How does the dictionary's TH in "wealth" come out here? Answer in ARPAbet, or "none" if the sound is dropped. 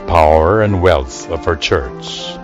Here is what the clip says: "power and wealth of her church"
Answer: TH